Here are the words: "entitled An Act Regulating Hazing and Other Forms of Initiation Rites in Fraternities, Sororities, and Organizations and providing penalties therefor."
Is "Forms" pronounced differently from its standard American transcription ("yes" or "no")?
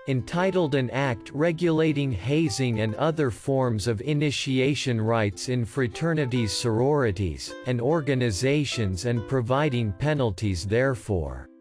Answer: no